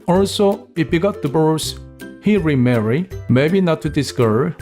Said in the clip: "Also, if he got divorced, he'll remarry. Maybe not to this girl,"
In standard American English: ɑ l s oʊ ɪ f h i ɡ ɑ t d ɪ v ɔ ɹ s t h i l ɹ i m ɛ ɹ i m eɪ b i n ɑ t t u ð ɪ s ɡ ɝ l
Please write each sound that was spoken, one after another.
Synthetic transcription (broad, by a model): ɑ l s oʊ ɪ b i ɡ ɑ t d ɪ b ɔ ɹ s h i ɹ i m ɛ ɹ i m eɪ b i n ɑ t t u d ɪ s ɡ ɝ